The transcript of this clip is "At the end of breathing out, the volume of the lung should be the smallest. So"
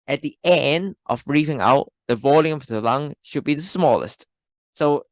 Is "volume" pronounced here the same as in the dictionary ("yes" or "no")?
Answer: yes